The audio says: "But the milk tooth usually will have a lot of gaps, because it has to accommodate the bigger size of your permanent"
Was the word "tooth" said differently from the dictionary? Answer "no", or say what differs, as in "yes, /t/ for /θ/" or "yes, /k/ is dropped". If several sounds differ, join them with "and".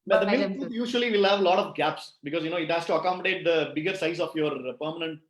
yes, /t/ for /θ/